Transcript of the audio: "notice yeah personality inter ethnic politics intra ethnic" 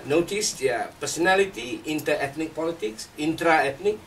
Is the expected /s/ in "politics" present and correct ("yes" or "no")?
yes